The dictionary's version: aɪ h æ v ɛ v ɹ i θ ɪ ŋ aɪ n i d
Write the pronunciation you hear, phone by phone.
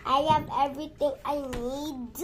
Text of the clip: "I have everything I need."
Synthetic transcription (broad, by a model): aɪ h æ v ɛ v ɹ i t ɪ ŋ aɪ n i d